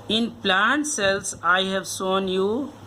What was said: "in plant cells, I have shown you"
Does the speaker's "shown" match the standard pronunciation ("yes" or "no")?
no